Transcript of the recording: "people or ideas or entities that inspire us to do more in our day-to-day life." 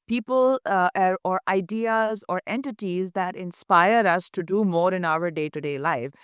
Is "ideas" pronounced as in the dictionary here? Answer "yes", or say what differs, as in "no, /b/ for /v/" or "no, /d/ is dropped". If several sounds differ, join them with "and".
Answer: yes